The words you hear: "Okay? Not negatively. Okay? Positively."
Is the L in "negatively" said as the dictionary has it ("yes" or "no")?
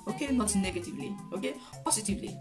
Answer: yes